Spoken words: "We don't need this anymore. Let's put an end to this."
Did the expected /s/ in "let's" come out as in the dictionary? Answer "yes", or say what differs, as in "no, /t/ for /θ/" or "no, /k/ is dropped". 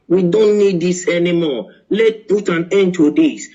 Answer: no, /s/ is dropped